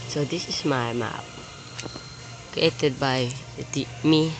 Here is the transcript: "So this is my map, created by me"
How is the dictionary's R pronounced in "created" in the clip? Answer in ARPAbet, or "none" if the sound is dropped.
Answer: none